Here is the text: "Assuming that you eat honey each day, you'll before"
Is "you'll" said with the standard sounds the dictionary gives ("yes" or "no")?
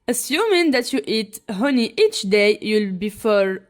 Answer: yes